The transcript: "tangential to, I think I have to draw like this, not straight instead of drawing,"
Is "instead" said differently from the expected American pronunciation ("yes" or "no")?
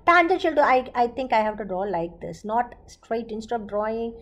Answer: yes